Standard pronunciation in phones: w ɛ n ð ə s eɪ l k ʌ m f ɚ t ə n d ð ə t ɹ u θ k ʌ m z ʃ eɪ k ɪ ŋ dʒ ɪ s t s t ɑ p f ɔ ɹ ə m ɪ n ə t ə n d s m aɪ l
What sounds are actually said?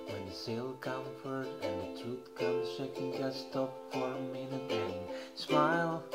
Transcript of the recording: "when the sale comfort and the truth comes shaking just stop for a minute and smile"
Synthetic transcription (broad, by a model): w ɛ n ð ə s eɪ l k ʌ m f ɚ t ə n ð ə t u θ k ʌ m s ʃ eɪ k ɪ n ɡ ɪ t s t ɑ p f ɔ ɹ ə m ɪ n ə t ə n s m aɪ l